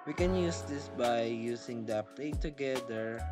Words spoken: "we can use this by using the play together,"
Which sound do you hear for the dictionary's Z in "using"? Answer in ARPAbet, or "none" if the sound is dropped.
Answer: S